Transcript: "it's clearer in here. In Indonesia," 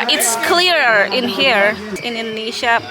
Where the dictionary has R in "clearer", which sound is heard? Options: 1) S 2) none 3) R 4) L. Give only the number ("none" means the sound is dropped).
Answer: 3